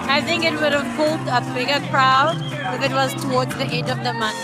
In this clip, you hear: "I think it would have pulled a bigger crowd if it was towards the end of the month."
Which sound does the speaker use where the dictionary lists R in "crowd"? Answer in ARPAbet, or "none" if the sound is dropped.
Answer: R